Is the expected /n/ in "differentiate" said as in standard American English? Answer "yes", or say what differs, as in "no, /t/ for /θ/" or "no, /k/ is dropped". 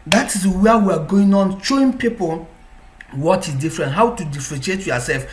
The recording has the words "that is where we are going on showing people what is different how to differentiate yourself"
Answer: no, /n/ is dropped